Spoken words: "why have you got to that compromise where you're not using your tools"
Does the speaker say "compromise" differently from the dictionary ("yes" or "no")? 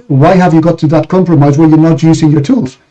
no